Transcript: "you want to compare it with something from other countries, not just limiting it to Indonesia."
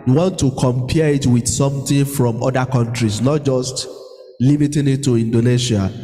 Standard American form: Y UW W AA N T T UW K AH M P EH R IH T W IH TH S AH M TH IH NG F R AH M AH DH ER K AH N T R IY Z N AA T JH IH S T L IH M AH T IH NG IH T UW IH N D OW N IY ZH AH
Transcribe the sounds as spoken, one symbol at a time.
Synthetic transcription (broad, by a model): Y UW W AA N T T UW K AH M P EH IH T W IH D S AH M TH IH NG F R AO M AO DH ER K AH N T R IY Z N AA T JH IH S T L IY M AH T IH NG IH T UW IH N D OW N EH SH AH